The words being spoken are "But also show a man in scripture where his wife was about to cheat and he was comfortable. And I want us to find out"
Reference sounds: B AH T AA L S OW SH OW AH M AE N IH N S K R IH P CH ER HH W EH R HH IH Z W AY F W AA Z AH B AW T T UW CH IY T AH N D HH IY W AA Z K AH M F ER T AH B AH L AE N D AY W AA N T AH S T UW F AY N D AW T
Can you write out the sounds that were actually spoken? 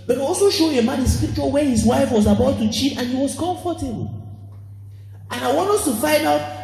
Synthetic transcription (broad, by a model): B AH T AA L S OW SH OW AH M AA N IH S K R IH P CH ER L W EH HH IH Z W AY F W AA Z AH B AW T T UW CH IY T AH N HH IY W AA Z K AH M F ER T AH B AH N AY W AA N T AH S T UW F AY N D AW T